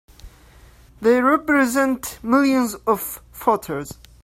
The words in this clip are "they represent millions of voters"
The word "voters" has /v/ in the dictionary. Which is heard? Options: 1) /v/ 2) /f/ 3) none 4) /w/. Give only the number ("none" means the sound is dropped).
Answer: 2